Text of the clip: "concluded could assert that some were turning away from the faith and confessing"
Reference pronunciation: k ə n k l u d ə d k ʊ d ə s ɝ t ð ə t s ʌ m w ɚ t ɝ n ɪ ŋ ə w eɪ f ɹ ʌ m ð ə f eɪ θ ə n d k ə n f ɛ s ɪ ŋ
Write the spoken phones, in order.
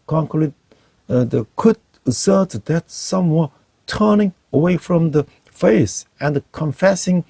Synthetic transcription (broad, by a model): k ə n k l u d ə k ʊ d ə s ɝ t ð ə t s ʌ m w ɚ t ɝ n ɪ ŋ ə w eɪ f ɹ ʌ m ð ə f eɪ s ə n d k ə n f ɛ s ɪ ŋ